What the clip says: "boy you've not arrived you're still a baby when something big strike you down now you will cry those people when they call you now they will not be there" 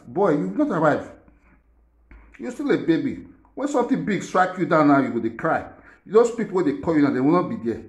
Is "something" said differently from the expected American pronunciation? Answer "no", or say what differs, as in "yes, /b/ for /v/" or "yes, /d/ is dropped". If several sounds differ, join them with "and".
yes, /t/ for /θ/